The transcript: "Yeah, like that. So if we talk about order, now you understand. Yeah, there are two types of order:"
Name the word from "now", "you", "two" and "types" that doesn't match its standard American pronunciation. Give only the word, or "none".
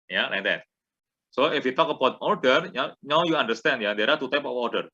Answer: types